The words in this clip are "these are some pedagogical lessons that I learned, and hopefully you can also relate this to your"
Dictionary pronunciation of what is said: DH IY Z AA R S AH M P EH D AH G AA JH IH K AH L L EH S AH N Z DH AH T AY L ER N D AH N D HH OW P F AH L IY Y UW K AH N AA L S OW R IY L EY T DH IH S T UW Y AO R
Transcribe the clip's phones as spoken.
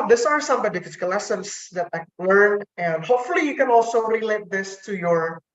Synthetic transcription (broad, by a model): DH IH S AA R S AH M B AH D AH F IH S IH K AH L L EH S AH N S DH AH T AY L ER N AH N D HH OW P F AH L IY Y UW K AH N AA L S OW R IY L EY T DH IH S T UW Y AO R